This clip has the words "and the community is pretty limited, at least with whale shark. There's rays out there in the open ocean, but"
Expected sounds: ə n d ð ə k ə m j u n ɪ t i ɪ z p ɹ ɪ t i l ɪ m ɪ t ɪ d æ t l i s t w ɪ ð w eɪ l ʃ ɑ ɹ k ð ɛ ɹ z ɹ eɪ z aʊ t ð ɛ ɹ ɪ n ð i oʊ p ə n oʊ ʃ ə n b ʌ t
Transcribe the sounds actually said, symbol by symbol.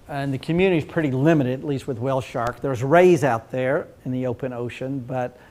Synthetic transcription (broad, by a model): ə n ð ə k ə m j u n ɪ t i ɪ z p ɹ ɪ t i l ɪ m ɪ t ɪ d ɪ t l i s t w ɪ ð w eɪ l ʃ ɑ ɹ k ð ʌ ɹ z ɹ eɪ z aʊ t ð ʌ ɹ ɪ n ð i oʊ p ə n oʊ ʃ ə n b ʌ t